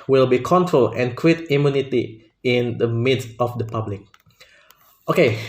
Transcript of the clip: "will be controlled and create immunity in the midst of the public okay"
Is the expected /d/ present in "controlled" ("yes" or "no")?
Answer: no